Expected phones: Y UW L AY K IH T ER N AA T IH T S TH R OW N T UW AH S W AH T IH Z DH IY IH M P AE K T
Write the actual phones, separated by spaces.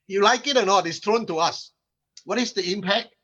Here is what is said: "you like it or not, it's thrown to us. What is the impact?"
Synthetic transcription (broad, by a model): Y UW L AY K IH T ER N AA T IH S T R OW N T UW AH S W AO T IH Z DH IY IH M P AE K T